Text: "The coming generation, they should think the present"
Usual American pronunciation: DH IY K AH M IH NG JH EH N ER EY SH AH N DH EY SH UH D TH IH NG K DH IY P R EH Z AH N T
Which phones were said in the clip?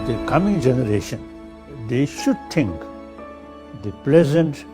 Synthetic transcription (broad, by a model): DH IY K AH M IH NG JH EH N ER EY SH AH N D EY SH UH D T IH NG K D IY P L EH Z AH N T